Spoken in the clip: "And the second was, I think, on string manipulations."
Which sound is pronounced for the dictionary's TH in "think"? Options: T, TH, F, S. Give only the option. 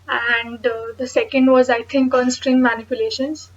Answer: T